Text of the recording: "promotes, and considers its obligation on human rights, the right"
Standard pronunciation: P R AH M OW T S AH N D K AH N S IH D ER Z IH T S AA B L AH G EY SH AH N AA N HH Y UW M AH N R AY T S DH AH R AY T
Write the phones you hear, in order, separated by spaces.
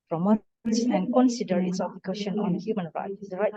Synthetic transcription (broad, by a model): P R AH M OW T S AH N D K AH N S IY D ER IH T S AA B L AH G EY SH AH N AA N HH Y UW M AH N R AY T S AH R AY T